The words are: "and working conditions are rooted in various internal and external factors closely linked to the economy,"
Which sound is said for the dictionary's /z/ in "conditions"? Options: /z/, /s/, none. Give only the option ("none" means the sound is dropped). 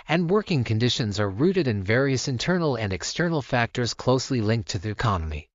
/z/